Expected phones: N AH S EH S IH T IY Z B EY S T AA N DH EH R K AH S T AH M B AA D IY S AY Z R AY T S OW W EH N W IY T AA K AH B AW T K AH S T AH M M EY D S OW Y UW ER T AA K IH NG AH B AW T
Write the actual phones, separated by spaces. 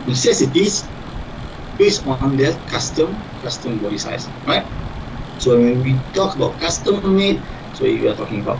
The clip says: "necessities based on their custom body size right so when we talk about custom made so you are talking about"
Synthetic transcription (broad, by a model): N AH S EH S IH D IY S B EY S AA N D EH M K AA S T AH M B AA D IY S AY S R AY T S OW W EH N W IY T AA K AH B AW T K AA S T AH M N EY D S OW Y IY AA T AA K IH NG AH B AW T